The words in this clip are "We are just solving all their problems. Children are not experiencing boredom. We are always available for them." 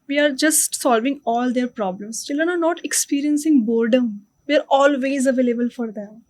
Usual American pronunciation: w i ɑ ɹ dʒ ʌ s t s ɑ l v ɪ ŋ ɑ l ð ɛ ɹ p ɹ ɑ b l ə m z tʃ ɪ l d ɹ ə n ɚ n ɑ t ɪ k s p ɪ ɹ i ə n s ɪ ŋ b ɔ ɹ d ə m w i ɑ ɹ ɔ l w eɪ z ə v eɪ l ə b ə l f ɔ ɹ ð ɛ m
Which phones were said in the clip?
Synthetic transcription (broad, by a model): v i ɑ ɹ dʒ ʌ s t s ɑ l v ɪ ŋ ɑ l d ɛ ɹ p ɹ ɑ b l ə m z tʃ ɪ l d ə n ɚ n ɑ t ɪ k s p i ɹ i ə n s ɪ ŋ b ɔ ɹ d ə m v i ɑ ɹ ɔ l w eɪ z ə v eɪ l ə b ə l f ɔ ɹ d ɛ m